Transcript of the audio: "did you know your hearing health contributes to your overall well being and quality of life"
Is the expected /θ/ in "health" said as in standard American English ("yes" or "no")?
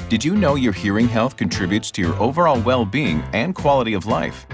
yes